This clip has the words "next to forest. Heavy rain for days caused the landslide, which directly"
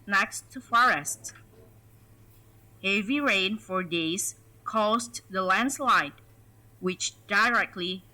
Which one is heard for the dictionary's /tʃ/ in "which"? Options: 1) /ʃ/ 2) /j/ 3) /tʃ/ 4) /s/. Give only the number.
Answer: 3